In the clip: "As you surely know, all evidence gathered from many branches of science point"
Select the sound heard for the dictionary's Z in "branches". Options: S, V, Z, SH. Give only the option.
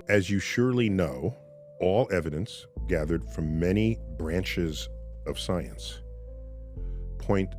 Z